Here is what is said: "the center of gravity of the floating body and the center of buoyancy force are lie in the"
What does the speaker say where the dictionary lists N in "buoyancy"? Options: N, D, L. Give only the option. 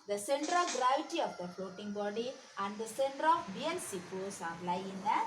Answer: L